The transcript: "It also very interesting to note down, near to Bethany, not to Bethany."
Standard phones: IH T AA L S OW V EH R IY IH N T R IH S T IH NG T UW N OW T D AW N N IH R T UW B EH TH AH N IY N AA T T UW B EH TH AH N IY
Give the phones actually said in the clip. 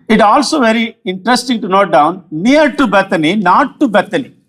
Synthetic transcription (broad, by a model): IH T AA L S OW V EH R IY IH N T R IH S T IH NG T UW N OW T D AW N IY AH R T UW B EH T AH N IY N AA T T UW B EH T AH N IY